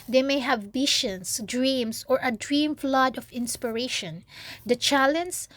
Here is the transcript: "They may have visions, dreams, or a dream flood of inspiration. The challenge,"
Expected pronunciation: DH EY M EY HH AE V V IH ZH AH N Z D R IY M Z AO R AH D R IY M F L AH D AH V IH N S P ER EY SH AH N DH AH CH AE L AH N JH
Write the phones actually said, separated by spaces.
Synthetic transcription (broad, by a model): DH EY M EY HH AE V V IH SH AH N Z D R IY M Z AO R AH D R IY M F L AH D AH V IH N S P ER EY SH AH N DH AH CH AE L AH N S